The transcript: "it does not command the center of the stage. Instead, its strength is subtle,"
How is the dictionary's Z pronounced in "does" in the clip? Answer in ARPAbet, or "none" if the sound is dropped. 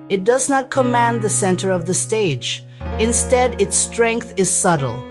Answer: Z